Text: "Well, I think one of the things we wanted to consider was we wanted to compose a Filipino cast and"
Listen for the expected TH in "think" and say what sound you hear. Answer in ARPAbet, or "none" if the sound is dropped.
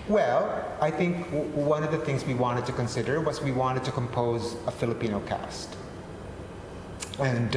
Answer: TH